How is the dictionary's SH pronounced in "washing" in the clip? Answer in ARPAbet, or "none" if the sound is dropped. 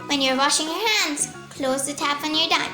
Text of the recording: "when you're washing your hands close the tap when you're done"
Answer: SH